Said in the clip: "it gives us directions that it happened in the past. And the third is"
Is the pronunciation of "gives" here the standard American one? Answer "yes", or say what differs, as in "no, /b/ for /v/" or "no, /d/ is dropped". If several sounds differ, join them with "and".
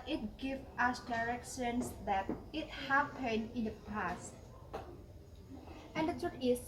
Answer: no, /z/ is dropped